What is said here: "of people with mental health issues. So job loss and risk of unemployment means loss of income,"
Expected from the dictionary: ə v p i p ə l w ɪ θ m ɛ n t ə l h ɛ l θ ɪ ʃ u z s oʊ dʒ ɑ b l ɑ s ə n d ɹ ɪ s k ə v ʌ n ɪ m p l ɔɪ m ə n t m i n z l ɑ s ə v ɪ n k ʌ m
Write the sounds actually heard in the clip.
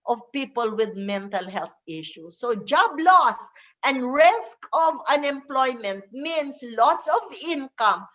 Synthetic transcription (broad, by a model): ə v p i p ə l w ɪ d m ɛ n t ə l h ɛ l θ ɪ ʃ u s oʊ dʒ ɑ b l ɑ s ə n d ɹ ɪ s k ə v ʌ n ɪ m p l ɔɪ m ə n t m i n s l ɑ s ə v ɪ n k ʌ m